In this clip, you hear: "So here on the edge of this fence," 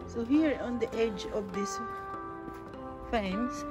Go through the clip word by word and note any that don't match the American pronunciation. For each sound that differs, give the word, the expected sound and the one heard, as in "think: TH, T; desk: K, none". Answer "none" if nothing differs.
none